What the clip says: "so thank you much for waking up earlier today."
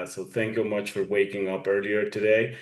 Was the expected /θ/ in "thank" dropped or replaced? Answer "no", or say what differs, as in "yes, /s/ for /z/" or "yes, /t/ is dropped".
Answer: no